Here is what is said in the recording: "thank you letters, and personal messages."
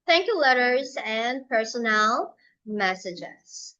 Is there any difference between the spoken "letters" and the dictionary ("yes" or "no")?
no